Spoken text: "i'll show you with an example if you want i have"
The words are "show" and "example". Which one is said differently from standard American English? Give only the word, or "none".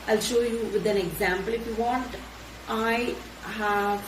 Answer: none